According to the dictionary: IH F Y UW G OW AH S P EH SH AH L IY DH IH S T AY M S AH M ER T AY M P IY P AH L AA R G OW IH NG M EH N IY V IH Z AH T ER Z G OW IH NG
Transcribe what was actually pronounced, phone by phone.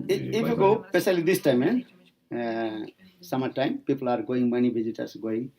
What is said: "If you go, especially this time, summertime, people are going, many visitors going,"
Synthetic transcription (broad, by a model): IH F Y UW G OW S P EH S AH L IY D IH S T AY M S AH M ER T AY M P IY P AH L AA R G OW IH NG M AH N IY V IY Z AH T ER S G OW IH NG